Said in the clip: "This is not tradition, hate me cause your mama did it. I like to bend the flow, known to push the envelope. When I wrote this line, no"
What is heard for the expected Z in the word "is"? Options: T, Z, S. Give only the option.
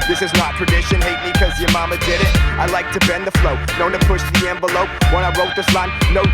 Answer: Z